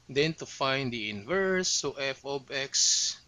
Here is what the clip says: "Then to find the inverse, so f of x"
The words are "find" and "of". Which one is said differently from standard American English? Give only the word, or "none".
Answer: of